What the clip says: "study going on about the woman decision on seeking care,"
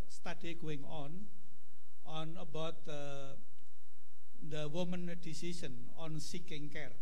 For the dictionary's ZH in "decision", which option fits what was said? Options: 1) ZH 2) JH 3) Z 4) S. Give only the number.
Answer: 4